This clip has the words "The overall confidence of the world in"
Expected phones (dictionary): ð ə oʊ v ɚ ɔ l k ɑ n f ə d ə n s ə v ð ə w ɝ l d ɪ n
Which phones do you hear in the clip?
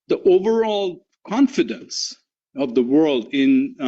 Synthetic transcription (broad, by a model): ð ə oʊ v ɚ ɔ l k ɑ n f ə d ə n s ə v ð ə w ɝ l d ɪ n